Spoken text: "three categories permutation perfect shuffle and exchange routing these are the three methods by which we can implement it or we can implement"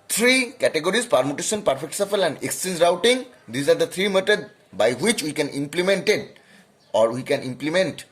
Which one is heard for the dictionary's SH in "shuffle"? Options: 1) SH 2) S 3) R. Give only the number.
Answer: 2